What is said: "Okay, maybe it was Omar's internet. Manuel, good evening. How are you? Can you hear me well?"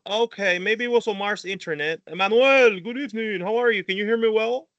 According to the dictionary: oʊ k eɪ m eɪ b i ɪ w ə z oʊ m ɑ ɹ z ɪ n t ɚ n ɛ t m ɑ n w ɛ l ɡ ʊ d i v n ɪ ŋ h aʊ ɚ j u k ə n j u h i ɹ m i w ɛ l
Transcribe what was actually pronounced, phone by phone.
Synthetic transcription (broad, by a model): oʊ k eɪ m eɪ b i w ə s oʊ m ɑ ɹ s ɪ n t ɚ n ɛ t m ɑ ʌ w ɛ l ɡ ʊ d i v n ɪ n h aʊ ɚ j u k ə n j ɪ h i ɹ m i w ɛ l